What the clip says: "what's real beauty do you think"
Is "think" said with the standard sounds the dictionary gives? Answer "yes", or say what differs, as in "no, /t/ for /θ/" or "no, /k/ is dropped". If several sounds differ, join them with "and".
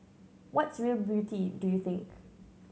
yes